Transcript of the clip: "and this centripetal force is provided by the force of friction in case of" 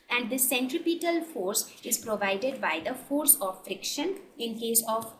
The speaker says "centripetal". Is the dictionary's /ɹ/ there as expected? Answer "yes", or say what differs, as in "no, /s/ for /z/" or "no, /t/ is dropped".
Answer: yes